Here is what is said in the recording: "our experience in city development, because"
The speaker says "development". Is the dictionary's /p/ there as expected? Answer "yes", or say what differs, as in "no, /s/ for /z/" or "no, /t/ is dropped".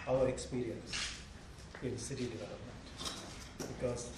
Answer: yes